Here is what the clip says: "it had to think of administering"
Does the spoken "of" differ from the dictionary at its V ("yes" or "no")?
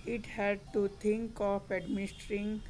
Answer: yes